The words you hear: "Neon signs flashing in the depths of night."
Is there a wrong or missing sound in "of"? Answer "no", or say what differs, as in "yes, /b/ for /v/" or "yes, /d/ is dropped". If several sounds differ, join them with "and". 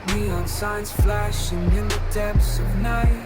no